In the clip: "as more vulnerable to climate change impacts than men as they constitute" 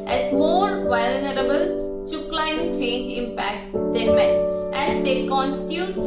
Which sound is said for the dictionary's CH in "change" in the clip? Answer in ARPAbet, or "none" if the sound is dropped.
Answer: CH